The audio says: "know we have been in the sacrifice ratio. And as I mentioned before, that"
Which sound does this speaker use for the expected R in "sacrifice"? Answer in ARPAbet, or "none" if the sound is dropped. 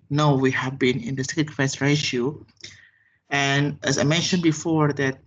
none